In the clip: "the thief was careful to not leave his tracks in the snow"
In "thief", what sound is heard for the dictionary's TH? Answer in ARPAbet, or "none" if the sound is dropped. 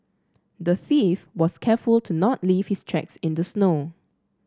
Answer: TH